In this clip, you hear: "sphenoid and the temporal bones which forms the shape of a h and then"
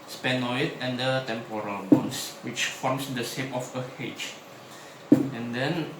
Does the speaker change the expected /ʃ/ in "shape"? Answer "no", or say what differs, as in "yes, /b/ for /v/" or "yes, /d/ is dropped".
yes, /s/ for /ʃ/